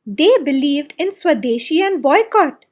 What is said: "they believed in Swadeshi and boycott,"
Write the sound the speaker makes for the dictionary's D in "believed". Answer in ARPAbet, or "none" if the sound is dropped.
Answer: D